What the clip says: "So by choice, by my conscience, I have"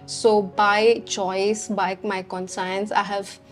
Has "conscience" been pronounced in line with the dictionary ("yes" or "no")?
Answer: no